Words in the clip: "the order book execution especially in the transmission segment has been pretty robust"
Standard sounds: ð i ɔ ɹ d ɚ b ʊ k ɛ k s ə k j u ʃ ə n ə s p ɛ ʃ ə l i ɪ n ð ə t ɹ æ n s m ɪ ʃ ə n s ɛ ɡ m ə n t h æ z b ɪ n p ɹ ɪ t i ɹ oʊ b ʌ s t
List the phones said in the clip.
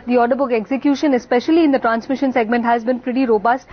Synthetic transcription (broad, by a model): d i ɔ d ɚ b ʊ k ɛ k s ə k j u ʃ ə n ə s p ɛ ʃ ə l i ɪ n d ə t ɹ æ n s m ɪ ʃ ə n s ɛ ɡ m ə n t h æ z b ɪ n f ɹ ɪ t i ɹ oʊ b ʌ s t